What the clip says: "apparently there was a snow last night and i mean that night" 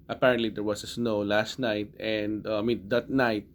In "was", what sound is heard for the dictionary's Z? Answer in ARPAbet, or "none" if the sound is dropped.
S